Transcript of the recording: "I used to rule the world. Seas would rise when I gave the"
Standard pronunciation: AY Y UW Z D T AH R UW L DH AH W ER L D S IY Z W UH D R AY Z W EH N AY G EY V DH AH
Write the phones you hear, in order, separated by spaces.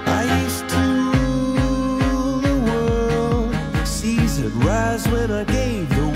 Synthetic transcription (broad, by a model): AY Y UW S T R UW DH AH W ER L D S IY Z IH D R AY Z W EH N AY G EY V DH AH